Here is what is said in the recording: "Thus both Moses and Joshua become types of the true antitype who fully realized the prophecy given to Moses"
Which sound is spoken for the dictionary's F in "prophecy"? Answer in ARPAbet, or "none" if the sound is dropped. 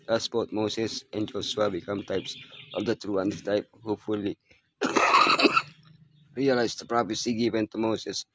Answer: P